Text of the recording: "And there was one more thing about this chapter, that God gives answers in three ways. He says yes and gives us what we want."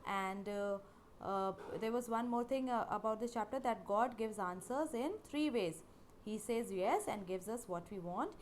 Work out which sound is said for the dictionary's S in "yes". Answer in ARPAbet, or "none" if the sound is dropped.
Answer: S